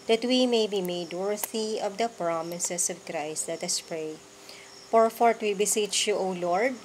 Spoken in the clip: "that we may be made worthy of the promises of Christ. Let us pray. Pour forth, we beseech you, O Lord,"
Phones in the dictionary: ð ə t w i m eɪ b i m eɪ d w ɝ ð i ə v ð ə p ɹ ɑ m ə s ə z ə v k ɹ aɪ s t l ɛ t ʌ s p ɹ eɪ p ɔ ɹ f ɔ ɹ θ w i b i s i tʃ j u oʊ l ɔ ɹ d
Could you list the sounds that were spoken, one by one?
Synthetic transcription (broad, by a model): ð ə t w i m eɪ b i m eɪ d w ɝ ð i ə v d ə p ɹ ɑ m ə s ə s ə v k ɹ aɪ s t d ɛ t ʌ s p ɹ eɪ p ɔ ɹ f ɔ ɹ t w i b i s i tʃ j u oʊ l ɔ ɹ d